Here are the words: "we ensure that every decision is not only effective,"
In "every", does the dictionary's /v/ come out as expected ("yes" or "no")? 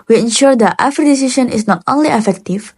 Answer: no